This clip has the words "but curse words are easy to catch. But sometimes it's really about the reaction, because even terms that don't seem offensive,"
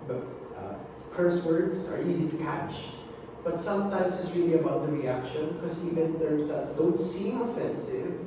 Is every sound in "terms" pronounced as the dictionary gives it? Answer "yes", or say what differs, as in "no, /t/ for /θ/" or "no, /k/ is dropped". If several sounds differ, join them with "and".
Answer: no, /m/ is dropped